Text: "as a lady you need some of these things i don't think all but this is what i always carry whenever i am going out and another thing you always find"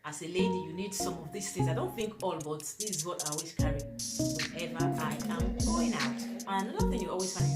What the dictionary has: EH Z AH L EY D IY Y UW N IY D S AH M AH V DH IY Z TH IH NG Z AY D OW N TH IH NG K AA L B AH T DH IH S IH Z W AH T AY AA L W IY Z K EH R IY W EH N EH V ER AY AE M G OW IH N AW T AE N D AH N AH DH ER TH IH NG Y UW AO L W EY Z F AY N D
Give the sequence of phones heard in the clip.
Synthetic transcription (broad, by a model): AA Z AH L EY D IY Y UW N IY D S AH M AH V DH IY S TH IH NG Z AY D OW N TH IH NG K AA L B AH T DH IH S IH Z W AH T AY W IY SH K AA R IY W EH EH V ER AY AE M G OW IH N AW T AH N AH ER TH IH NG Y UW AO L W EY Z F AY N